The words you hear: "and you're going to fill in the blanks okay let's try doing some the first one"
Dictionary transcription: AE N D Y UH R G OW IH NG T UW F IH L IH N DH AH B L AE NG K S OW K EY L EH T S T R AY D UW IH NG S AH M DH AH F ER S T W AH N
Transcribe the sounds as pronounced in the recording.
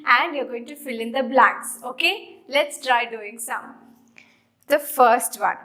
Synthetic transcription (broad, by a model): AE N D Y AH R G OW IH NG T UW F IH L IH N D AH B L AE K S OW K EY L EH T S T R AY D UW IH NG S AH M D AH F ER S T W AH N